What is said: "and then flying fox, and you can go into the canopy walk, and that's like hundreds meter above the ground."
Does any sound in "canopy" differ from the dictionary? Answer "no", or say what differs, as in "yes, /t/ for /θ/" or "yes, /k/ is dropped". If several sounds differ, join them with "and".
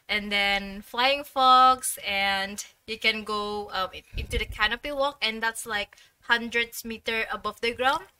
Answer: no